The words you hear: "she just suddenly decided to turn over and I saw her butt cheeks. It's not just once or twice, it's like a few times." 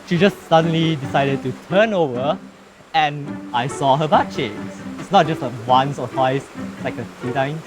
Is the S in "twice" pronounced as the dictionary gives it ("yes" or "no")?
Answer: no